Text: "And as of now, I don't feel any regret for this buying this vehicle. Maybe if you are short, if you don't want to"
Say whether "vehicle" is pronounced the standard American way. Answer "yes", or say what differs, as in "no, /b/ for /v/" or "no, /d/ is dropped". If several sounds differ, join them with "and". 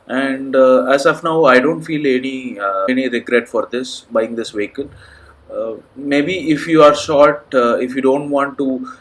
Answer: no, /n/ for /l/